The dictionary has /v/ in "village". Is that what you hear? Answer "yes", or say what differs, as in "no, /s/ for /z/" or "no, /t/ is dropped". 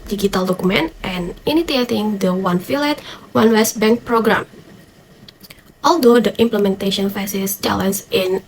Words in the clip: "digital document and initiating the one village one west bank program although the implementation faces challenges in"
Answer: no, /f/ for /v/